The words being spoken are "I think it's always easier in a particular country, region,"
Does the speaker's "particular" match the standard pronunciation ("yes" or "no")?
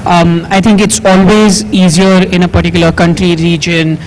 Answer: yes